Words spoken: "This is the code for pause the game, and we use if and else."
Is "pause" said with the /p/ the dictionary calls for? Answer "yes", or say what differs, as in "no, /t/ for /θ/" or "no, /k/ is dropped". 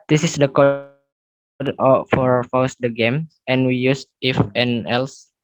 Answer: no, /f/ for /p/